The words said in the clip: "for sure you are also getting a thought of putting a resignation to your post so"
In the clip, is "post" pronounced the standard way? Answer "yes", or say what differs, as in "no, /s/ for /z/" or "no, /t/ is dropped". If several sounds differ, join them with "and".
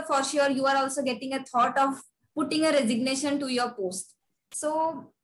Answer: yes